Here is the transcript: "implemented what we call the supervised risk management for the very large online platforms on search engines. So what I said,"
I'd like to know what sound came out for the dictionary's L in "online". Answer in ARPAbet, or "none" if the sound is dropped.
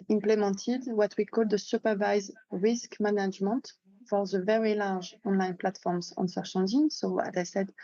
L